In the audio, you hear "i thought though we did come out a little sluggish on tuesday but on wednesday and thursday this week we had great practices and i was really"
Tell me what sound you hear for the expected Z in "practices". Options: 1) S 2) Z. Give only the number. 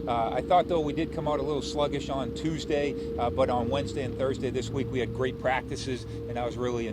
2